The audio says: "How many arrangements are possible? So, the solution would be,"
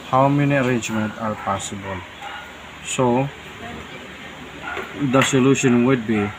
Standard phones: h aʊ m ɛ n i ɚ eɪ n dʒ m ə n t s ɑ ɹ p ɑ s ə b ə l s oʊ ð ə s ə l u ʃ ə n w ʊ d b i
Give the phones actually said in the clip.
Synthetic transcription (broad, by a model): h aʊ m ɛ n i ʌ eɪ n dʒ m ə n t ɑ ɹ p ɑ s ə b ə l s oʊ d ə s ə l u ʃ ə n w ʊ d b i